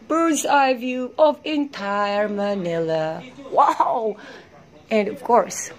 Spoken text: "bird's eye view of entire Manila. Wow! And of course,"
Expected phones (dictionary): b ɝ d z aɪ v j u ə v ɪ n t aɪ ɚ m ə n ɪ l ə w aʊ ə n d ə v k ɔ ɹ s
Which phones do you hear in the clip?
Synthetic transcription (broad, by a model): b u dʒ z aɪ v j u ə v ɪ n t aɪ ɚ m ə n ɪ l ə w aʊ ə n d ə v k ɔ ɹ s